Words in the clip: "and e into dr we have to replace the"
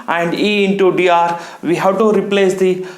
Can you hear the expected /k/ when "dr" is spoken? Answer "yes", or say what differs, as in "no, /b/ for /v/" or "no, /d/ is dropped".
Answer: no, /k/ is dropped